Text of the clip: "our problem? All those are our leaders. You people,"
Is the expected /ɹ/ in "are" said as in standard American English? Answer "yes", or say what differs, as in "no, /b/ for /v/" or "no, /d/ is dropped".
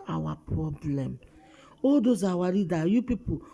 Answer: no, /w/ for /ɹ/